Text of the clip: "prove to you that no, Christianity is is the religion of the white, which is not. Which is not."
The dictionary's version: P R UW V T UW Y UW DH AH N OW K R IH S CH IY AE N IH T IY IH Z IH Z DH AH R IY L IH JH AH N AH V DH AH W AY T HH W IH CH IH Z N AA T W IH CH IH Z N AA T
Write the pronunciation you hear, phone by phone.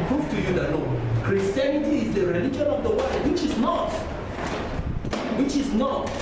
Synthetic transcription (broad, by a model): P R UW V T UW Y UW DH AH L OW K R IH S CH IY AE N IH T IY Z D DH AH R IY L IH JH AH N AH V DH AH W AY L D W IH CH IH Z N AA T W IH CH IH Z N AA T